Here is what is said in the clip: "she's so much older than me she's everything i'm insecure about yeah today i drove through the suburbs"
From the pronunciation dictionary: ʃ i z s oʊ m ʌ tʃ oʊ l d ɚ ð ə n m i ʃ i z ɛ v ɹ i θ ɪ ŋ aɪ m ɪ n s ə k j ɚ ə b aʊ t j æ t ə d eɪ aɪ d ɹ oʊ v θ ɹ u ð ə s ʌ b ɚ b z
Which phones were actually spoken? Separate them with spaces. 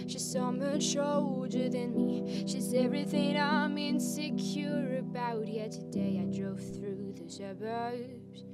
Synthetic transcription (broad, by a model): ʃ i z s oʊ m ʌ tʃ oʊ l d ɚ ð ə n m i ʃ i z ɛ v ɹ i θ ɪ ŋ aɪ m ɪ n s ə k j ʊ ə b aʊ t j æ t ə d eɪ aɪ d ɹ oʊ v θ ɹ u ð ə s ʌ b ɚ